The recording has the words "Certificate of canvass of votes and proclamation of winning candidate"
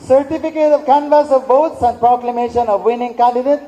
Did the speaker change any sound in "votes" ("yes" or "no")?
yes